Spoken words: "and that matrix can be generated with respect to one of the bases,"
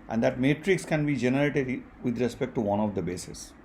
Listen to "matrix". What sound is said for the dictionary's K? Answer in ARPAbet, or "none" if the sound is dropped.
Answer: K